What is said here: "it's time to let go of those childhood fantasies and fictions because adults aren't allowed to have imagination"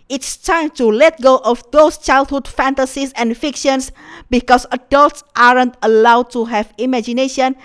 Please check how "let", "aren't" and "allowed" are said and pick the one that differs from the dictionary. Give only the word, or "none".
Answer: none